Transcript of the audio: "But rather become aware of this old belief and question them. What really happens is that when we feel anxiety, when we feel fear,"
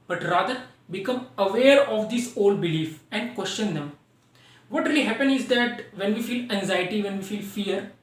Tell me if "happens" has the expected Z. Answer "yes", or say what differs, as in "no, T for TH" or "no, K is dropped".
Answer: no, Z is dropped